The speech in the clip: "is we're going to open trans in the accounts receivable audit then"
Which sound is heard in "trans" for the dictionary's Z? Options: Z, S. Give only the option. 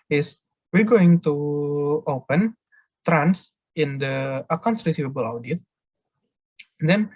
S